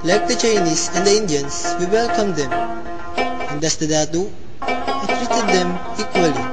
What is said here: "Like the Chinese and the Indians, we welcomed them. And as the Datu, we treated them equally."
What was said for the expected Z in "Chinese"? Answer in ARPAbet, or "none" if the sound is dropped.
S